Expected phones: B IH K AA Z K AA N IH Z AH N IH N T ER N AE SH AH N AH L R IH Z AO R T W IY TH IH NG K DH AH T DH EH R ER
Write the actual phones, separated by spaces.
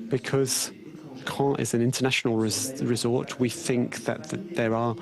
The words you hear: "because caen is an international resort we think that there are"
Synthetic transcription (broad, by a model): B IH K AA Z K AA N IH Z AH N IH N T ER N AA SH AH N AH L R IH Z AO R T W IY TH IH NG K DH AH T DH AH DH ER